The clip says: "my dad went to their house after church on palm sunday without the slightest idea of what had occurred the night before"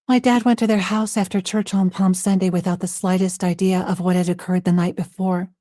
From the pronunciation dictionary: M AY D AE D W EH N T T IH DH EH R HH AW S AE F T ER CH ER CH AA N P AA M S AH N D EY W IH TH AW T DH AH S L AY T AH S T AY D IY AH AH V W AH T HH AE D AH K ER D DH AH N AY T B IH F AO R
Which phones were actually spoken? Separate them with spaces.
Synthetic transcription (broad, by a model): M AY D AE D W EH N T T IH DH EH R HH AW S AE F T ER CH ER CH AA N P AA M S AH N D EY W IH TH AW T DH AH S L AY T AH S T AY D IY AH AH V W AH T HH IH D AH K ER D DH AH N AY T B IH F AO R